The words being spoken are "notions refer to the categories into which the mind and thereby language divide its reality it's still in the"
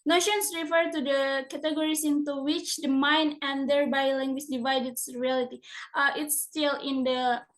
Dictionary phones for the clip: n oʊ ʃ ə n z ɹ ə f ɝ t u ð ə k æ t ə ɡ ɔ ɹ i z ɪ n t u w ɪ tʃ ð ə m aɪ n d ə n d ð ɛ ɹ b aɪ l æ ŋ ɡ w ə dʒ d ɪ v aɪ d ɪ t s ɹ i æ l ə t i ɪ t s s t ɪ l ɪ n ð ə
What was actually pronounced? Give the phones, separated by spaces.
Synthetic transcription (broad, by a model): n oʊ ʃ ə n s ɹ ə f ɝ t u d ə k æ t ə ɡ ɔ ɹ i s ɪ n t u w ɪ tʃ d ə m aɪ n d ə n d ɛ ɹ b aɪ l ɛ ŋ ɡ w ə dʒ d ɪ v aɪ d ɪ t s ɹ i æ l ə t i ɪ t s s t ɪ l ɪ n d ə